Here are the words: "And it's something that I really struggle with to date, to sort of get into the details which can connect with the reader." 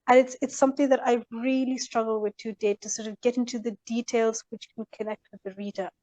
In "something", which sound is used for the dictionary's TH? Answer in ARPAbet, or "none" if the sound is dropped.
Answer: TH